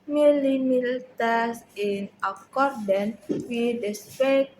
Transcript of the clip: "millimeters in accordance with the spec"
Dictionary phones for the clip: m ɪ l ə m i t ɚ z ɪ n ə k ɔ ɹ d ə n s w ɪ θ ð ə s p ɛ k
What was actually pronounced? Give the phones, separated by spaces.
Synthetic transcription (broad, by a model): m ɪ l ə m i t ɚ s ɪ n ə k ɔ ɹ d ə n w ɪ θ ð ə s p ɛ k